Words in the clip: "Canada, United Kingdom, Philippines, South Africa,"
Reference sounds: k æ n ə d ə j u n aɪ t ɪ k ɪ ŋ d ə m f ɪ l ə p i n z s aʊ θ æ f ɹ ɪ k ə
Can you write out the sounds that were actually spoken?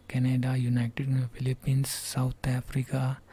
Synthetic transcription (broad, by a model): k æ n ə d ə j u n aɪ t ɪ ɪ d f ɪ l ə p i n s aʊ t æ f ɹ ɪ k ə